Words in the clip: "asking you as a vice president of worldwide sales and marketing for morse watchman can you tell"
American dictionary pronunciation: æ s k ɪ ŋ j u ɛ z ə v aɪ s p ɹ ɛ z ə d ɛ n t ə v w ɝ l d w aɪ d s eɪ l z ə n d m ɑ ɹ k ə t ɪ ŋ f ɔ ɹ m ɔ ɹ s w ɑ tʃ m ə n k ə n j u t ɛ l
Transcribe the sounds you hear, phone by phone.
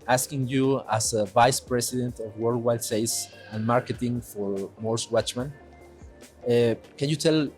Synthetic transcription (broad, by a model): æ s k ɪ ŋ j u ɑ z ə v aɪ s p ɹ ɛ s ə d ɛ n t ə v w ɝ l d w aɪ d s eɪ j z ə n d m ɑ ɹ k ə t ɪ ŋ f ɔ ɹ m ɔ ɹ s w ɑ tʃ m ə n k ə n j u t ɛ l